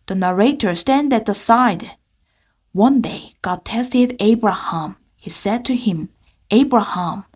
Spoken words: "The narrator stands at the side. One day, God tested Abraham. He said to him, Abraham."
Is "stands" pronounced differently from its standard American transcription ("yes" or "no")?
yes